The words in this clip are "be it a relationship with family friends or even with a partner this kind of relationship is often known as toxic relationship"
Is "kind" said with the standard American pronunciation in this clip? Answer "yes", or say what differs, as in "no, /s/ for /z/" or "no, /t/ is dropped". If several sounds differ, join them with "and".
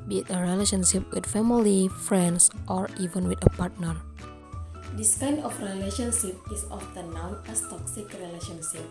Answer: no, /d/ is dropped